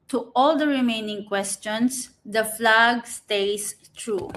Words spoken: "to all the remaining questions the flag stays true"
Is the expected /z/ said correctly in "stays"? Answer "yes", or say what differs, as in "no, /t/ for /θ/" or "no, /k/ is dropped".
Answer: no, /s/ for /z/